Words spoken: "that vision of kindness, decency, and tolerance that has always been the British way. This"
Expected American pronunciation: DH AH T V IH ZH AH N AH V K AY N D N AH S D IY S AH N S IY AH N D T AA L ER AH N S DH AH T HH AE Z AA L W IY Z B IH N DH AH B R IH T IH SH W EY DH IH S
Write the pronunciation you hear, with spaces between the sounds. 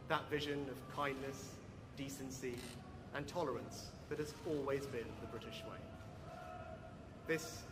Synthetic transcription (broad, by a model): DH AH T V IH ZH AH N AH V K AY N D N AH S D IY S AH N S IY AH N T AA L ER AH N S DH AH T HH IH Z AA L W IY Z B IH N DH AH B R IH T IH SH W EY DH IH S